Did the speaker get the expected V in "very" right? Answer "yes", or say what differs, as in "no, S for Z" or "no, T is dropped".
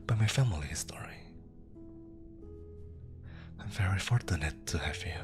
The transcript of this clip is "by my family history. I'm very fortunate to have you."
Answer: yes